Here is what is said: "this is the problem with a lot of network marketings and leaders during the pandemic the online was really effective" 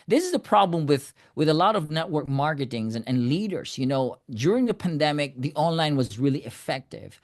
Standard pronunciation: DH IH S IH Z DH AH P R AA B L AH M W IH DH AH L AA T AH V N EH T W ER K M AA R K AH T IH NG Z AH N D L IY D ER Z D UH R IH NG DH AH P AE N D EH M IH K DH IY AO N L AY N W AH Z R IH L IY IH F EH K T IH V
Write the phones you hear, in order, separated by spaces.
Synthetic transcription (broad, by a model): DH IH S IH Z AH P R AA B L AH M W IH DH AH L AA T AH V N EH T W ER K M AA R K AH T IH NG Z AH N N L IY D ER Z D UH R IH NG DH AH P AE N D EH M IH K DH IY AO N L AY N W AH Z R IH L IY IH F EH K T IH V